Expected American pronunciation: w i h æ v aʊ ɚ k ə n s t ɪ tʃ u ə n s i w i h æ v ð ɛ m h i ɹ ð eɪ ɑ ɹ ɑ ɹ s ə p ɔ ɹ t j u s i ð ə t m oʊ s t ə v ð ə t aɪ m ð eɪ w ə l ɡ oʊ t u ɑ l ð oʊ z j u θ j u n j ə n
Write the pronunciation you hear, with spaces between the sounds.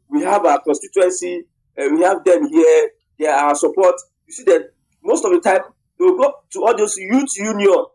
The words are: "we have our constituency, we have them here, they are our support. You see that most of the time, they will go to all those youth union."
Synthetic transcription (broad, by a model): w i h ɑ v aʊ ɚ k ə n s t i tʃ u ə n s i w i h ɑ v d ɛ m h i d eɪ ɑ w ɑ s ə p ɔ t j u s i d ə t m oʊ s t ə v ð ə t aɪ m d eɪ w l ɡ oʊ t u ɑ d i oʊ s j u t j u n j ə n